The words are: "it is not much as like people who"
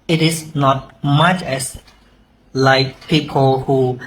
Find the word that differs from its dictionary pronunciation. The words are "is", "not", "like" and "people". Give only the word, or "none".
is